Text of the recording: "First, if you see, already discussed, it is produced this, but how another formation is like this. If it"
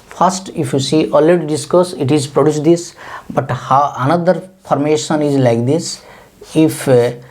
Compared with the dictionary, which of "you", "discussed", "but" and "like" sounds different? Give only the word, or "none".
discussed